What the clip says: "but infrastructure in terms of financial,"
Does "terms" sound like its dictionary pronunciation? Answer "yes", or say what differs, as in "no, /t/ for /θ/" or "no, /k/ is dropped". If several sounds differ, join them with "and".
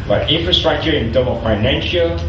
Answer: no, /z/ is dropped